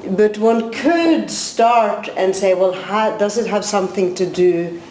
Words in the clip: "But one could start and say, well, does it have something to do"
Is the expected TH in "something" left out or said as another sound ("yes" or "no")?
no